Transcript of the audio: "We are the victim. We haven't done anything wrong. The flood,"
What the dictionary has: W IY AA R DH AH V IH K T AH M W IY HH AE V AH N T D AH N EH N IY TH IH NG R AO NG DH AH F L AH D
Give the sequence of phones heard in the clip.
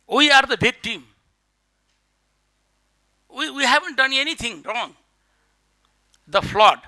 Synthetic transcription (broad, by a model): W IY AA R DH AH B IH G T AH M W IY HH AE V AH N T D AH N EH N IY T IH NG R AO NG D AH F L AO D